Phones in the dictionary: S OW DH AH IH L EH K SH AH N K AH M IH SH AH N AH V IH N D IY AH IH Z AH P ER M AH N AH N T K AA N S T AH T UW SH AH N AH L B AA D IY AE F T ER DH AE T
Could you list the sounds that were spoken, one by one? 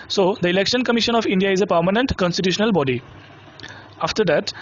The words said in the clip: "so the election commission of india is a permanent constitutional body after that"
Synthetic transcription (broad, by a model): S OW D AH IH L EH K SH AH N K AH M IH SH AH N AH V IH N D IY AH IH Z AH P ER M AH N AH N T K AA N S T AH T UW SH AH N AH L B AA D IY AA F T ER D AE T